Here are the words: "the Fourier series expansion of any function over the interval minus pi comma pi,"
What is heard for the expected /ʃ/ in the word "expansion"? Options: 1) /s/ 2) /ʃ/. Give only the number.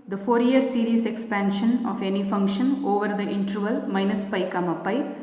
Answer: 2